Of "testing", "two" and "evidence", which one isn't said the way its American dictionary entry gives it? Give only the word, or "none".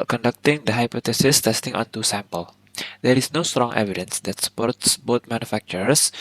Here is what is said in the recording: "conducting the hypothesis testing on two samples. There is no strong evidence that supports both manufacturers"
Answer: none